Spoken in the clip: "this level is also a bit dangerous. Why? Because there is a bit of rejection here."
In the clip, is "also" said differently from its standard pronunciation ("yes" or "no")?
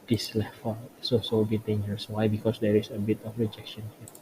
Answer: yes